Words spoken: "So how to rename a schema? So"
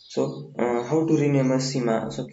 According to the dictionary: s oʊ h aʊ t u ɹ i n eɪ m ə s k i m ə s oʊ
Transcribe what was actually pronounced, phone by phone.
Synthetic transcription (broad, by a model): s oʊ h aʊ t u ɹ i n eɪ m ə s i m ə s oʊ